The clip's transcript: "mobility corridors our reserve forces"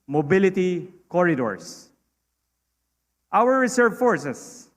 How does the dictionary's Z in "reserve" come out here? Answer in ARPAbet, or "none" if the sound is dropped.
S